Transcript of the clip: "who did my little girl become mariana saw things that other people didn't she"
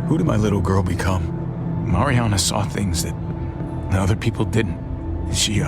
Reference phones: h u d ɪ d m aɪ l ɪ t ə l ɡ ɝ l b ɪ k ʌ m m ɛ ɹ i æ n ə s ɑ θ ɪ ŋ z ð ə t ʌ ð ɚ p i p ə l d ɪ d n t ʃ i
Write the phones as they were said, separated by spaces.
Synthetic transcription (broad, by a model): h u d ɪ d m aɪ l ɪ t l ɡ ɝ l b ɪ k ʌ m m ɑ ɹ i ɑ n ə s ɑ θ ɪ ŋ z ð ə t ʌ ð ɚ p i p l d ɪ d n t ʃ i